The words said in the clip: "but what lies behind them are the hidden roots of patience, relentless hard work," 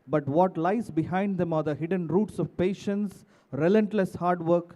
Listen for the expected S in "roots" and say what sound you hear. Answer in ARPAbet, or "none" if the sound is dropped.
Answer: S